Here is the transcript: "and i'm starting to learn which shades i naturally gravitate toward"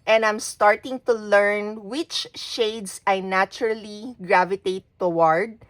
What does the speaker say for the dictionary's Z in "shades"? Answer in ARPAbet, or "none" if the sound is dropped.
S